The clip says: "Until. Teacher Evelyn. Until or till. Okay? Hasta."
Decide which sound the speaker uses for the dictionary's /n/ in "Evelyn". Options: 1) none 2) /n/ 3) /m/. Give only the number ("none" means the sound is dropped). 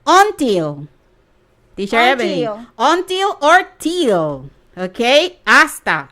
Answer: 1